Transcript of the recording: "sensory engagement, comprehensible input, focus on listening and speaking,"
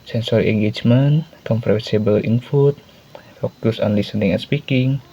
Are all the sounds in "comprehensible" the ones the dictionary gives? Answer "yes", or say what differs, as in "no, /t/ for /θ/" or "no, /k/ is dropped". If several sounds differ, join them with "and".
no, /n/ is dropped